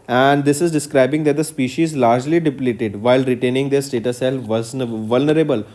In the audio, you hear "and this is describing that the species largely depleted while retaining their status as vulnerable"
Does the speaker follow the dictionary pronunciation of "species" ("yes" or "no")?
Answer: yes